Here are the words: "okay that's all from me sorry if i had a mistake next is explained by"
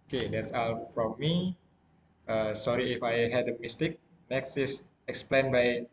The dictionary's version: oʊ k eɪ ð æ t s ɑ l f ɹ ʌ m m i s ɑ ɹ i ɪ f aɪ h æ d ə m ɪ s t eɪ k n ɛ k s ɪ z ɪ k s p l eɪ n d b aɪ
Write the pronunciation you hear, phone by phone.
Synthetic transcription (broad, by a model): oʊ k eɪ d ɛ t s ɑ l f ɹ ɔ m m i s ɑ ɹ i ɪ f aɪ h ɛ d ə m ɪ s t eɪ k n ɛ k s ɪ s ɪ k s p l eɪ n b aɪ